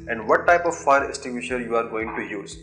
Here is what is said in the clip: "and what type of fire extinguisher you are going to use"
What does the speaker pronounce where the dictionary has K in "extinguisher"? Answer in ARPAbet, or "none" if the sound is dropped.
none